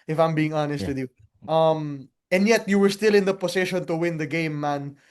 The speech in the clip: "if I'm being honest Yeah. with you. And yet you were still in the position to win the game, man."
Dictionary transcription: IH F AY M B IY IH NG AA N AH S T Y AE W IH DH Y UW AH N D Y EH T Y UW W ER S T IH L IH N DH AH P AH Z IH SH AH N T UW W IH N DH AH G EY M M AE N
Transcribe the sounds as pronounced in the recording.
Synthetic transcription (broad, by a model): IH F AY M B IY IH NG AA N AH S T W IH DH Y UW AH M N Y EH T Y UW W ER S T IH L IH N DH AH P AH S IH SH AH N T UW W IH N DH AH G EY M M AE N